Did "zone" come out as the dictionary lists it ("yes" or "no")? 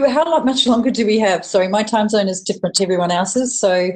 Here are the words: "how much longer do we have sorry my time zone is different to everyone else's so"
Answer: yes